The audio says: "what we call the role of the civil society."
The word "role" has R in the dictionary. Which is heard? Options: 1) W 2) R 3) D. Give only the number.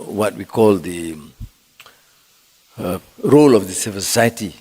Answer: 2